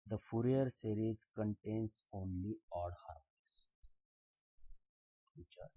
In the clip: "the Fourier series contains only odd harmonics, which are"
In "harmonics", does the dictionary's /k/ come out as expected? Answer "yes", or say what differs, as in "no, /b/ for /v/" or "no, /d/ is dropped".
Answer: no, /k/ is dropped